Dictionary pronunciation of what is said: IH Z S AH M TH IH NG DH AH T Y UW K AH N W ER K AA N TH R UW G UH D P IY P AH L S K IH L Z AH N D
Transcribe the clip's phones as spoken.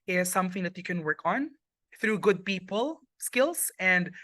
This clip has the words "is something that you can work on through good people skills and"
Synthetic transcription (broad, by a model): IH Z S AH M TH IH NG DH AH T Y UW K AH N W ER K AA N TH R UW G UH D P IY P AH L S K IH L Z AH N D